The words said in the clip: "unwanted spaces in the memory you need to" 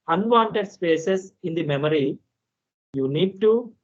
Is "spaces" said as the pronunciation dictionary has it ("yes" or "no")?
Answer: no